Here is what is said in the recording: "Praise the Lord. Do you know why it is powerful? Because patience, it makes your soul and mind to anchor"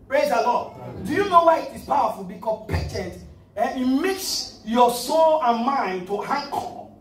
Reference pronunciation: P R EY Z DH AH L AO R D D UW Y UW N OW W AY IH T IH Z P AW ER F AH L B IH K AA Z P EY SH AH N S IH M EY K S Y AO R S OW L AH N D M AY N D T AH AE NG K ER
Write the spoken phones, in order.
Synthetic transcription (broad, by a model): P R EY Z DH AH L AO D D UW Y UW N OW W AY IH T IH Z P AW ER F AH L B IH K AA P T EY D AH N IH M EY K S Y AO S OW L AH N M AY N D T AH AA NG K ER